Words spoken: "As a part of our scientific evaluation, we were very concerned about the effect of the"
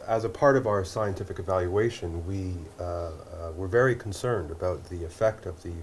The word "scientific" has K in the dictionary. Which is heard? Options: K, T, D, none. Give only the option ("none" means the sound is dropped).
K